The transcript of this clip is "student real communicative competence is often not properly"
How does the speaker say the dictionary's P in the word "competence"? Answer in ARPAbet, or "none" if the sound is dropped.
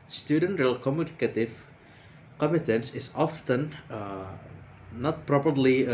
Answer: none